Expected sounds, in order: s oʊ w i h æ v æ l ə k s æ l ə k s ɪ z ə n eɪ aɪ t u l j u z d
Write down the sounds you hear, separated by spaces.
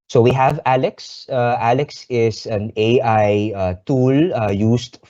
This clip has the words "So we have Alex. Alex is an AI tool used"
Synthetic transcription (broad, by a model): s oʊ w i h æ v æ l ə k s æ l ə k s ɪ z ə n eɪ aɪ t u l j u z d